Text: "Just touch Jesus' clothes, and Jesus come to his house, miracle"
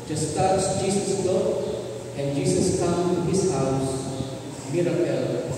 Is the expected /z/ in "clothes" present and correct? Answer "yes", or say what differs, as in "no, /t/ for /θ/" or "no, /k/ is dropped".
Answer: no, /z/ is dropped